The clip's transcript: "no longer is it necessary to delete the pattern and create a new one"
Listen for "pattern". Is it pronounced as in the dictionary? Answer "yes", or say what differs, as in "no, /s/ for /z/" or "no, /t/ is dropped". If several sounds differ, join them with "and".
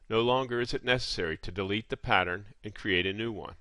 yes